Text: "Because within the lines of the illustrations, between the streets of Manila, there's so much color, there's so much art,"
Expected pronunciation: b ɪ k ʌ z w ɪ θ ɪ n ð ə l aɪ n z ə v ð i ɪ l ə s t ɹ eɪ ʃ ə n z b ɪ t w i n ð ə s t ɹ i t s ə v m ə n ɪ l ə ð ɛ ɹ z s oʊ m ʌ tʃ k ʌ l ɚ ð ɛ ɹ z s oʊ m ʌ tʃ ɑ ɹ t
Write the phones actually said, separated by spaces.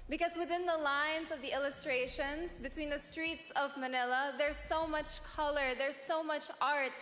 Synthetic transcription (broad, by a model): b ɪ k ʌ z w ɪ θ ɪ n ð ə l aɪ n z ə v ð i ɪ l ə s t ɹ eɪ ʃ ə n z b ɪ t w i n ð ə s t ɹ i t s ə v m ə n ɪ l ə ð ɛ ɹ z s oʊ m ʌ tʃ k ʌ l ɚ ð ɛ ɹ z s oʊ m ʌ tʃ ɑ ɹ t